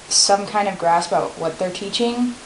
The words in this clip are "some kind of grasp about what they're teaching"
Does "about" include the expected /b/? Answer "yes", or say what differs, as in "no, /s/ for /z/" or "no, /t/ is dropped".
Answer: no, /b/ is dropped